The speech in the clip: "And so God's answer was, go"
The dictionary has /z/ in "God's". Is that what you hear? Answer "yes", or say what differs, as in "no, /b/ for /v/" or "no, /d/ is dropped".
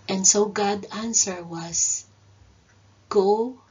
no, /z/ is dropped